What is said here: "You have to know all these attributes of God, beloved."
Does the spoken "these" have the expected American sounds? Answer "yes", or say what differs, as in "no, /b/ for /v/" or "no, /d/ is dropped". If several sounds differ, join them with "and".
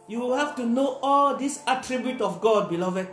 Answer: no, /s/ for /z/